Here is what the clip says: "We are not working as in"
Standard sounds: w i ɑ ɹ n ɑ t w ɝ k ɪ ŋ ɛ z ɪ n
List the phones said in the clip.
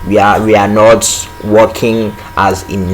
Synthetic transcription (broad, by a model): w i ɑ w n ɑ t w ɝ k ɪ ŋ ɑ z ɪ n